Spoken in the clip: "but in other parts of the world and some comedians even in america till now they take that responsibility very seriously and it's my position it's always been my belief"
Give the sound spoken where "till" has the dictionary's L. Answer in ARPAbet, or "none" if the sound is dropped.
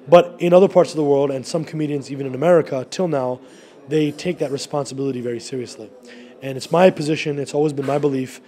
L